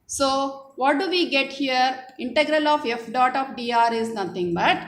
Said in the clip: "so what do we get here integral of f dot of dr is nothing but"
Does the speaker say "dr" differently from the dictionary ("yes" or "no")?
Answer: yes